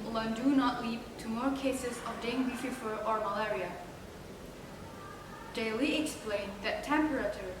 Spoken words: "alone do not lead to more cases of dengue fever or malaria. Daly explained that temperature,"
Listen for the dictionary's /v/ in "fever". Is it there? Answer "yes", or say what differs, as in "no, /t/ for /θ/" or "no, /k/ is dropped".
no, /f/ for /v/